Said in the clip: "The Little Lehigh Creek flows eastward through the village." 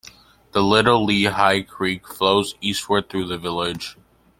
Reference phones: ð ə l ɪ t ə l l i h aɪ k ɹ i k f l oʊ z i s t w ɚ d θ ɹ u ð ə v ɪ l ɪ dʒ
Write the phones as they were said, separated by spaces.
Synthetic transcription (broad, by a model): ð ə l ɪ t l l i h aɪ k ɹ i k f l oʊ z i s t w ɚ d θ ɹ u ð ə v ɪ l ɪ dʒ